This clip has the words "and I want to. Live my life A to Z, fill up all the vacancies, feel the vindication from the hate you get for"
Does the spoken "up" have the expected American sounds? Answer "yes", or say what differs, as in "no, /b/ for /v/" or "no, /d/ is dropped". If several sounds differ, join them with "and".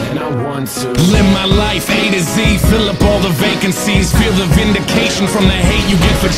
yes